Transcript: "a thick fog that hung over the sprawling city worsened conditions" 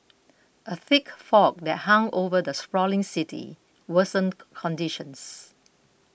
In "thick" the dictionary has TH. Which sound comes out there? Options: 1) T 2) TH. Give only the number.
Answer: 2